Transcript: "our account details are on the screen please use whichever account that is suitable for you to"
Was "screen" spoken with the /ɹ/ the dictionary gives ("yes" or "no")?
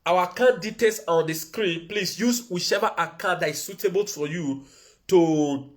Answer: yes